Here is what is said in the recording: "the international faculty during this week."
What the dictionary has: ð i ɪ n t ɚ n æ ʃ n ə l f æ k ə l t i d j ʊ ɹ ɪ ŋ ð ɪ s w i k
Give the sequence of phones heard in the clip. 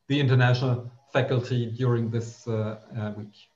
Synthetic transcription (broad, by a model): ð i ɪ n t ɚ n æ ʃ n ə l f æ k ə l t i d j ʊ ɹ ɪ ŋ ð ɪ s w i k